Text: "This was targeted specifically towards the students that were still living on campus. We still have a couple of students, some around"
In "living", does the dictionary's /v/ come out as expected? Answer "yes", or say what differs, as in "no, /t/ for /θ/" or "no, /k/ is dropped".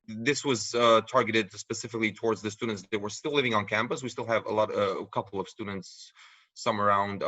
yes